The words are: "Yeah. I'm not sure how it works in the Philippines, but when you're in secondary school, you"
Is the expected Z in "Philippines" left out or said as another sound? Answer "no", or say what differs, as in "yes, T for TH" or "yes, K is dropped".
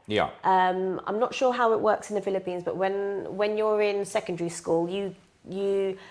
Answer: no